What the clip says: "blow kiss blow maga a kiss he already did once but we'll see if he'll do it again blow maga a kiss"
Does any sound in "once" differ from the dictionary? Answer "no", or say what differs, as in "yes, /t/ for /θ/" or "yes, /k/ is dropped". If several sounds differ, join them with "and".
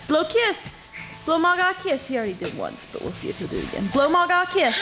no